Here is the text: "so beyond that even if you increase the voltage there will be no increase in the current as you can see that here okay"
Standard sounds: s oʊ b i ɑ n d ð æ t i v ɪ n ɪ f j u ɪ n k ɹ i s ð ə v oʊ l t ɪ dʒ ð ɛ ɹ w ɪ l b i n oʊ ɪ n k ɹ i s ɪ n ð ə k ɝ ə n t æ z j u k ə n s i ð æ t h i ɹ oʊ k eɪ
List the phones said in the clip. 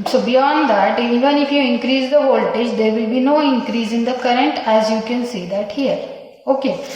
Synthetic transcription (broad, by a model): s oʊ b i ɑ n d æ t i v ɪ n ɪ f j u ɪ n k ɹ i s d ə v oʊ l t ɪ dʒ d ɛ ɹ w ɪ l b i n oʊ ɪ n k ɹ i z ɪ n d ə k ɝ ə n t æ z j u k ə n s i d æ t h i ɹ oʊ k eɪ